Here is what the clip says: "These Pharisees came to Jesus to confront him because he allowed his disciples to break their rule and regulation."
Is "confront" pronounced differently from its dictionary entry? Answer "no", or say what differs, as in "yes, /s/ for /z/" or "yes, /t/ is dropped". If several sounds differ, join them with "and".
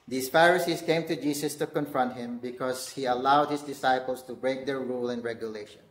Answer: no